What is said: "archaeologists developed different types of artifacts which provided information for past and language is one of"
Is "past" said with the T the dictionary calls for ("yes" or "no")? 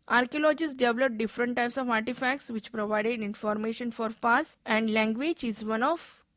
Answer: no